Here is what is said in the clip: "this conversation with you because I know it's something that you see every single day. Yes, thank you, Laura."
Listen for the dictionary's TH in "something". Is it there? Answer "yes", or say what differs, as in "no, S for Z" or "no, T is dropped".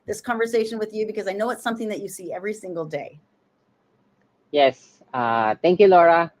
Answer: yes